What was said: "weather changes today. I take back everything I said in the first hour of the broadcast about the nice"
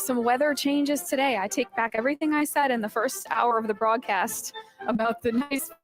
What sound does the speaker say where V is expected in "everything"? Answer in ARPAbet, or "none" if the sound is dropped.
V